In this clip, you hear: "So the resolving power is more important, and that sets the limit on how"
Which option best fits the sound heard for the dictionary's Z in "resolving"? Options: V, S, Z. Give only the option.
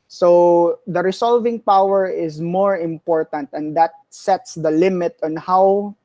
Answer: S